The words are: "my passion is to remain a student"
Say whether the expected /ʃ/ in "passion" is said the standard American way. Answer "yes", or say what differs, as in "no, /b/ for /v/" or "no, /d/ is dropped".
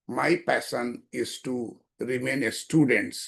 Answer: no, /s/ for /ʃ/